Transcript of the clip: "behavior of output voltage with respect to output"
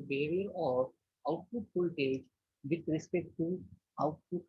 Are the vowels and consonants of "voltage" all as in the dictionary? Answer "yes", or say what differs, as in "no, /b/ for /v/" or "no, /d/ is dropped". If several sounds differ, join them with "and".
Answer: no, /p/ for /v/